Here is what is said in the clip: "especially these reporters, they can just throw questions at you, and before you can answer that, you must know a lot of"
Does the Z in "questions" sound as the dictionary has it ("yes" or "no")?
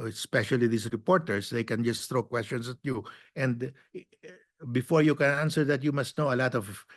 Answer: no